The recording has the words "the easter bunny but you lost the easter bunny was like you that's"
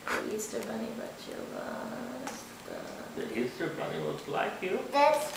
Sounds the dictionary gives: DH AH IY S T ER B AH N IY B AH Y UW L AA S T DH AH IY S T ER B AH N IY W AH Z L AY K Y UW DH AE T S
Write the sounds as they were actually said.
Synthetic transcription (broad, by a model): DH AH IY S T ER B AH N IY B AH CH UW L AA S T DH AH IY S T ER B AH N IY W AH S L AY K Y UW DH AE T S